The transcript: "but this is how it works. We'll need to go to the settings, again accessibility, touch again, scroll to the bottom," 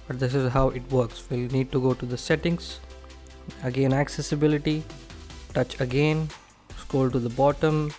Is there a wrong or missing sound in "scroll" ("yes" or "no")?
yes